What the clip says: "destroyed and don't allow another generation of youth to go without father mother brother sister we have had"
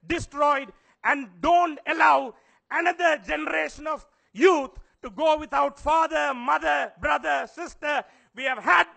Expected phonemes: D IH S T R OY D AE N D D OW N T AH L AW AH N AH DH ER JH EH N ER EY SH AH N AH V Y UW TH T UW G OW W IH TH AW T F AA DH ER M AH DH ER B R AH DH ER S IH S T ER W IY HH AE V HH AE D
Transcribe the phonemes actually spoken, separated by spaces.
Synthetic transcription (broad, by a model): D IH S T R OY D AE N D D OW N T AH L AW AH N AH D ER JH EH N ER EY SH AH N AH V Y UW T T UW G OW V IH T AW T F AA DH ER M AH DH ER B R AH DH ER S IH S T ER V IY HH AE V HH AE D